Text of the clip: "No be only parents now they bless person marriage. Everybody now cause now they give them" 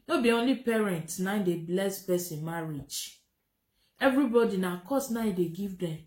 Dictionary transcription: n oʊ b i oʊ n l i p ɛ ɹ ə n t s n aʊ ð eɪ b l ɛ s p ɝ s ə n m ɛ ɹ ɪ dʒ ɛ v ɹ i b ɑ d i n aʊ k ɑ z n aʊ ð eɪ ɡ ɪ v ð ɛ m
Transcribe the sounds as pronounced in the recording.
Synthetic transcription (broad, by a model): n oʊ b i oʊ n l i p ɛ ɹ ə n t n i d eɪ b l ɛ s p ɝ s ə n m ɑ ɹ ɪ dʒ ɛ v ɹ i b ɑ d i n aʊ k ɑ s n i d eɪ ɡ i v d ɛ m